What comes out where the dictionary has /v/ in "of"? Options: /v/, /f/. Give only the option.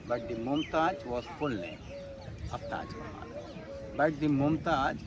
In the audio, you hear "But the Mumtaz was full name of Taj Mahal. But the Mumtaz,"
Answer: /f/